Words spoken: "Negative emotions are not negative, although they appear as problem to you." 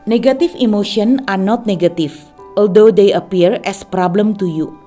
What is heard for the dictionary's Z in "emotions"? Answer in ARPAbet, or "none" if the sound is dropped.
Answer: none